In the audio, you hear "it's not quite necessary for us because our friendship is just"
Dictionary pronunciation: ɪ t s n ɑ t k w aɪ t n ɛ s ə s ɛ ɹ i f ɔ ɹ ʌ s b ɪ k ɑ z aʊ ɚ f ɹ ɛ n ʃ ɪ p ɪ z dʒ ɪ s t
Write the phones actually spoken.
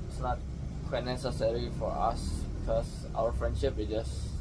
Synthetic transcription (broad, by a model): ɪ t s n ɑ t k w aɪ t n ɛ s ə s ɛ ɹ i f ɔ ɹ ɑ s b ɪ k ɑ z aʊ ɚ f ɹ ɛ n ʃ ɪ p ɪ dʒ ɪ s